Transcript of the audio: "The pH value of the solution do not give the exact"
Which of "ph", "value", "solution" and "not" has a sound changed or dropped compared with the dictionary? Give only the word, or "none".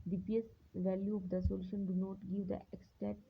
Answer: ph